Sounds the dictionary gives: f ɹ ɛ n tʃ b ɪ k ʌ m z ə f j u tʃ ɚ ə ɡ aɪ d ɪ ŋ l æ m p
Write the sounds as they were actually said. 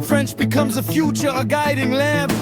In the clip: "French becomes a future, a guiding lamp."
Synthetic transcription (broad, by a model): f ɹ ɛ n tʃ b ɪ k ʌ m z ə f j u tʃ ɚ ə ɡ aɪ d ɪ ŋ l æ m